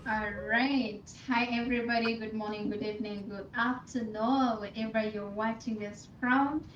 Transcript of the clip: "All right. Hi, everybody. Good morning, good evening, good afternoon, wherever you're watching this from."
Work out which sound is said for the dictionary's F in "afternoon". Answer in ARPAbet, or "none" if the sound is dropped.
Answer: P